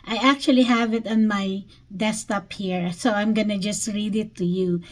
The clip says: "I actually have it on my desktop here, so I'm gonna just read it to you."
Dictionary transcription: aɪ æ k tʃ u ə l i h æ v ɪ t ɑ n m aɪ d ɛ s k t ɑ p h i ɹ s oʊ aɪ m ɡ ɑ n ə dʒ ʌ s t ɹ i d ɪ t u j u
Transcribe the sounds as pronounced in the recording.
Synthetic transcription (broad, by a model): aɪ æ k tʃ u ə l i h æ v ɪ t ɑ n m aɪ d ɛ s t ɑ p h i ɹ s oʊ aɪ m ɡ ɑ n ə dʒ ʌ s t ɹ i d ɪ t u j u